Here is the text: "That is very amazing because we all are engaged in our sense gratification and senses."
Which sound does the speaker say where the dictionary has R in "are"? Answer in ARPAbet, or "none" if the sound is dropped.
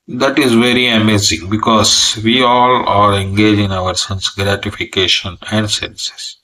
L